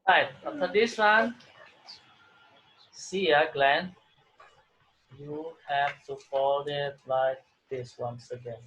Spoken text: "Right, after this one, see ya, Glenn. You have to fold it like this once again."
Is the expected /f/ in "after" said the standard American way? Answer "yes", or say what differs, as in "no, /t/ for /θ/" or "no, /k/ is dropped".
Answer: no, /f/ is dropped